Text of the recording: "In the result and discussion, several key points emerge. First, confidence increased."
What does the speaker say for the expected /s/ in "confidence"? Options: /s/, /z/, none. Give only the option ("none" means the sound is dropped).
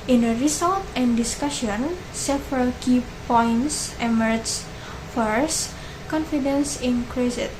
/s/